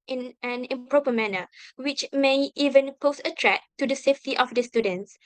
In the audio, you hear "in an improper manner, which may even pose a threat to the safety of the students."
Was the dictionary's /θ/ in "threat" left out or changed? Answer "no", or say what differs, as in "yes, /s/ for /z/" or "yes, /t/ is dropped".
yes, /t/ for /θ/